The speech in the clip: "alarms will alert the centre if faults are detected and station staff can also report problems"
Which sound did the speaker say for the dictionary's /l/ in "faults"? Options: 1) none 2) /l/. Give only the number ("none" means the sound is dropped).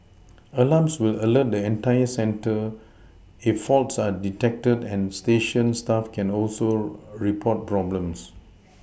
2